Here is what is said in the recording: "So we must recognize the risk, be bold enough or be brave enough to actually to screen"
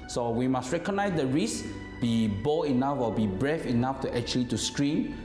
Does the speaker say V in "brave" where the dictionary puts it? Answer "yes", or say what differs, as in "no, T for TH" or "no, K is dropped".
no, F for V